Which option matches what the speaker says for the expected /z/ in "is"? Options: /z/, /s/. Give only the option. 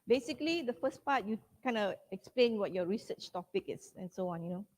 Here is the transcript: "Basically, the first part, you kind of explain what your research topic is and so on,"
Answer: /s/